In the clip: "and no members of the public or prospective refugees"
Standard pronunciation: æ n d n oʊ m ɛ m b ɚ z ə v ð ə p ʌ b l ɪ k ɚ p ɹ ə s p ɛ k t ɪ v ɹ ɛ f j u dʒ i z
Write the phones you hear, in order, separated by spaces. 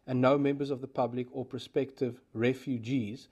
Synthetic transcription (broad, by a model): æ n n oʊ m ɛ m b ɚ z ə v ð ə p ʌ b l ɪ k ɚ p ə s p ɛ k t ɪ v ɹ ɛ f j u dʒ i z